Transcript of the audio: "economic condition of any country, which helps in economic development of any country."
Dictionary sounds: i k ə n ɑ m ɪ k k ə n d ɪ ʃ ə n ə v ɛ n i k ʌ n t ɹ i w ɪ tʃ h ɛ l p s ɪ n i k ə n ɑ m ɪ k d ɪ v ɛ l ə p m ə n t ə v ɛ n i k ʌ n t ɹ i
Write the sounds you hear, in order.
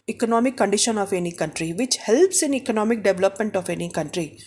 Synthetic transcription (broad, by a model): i k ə n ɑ m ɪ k k ə n d ɪ ʃ ə n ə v ɛ n i k ʌ n t ɹ i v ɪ tʃ h ɛ l p s ɪ n i k ə n ɑ m ɪ k d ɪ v l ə p m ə n t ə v ɛ n i k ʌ n t ɹ i